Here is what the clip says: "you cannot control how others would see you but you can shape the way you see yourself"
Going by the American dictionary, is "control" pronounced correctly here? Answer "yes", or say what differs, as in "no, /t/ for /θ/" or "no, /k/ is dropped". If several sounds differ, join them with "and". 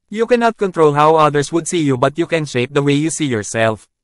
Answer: yes